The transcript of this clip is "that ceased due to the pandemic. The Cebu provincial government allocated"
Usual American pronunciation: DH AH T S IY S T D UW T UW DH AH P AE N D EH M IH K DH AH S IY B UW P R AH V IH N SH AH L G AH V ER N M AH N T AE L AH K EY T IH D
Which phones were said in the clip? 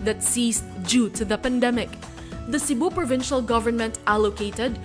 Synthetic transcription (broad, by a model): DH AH T S IY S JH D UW T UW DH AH P AE N D EH M IH K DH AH S IY B UW P R AH V IH N SH AH L G AH V ER N M AH N T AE L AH K EY T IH D